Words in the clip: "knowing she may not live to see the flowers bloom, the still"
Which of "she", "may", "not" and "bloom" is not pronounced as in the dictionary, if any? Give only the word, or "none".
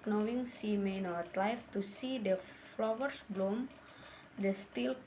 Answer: she